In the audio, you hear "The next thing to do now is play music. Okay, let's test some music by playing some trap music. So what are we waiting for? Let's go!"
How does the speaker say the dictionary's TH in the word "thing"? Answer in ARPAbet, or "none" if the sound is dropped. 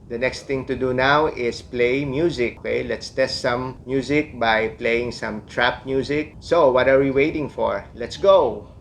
T